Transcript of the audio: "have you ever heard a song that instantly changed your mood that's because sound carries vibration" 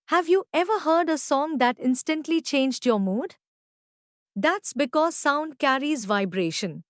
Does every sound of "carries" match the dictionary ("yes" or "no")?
yes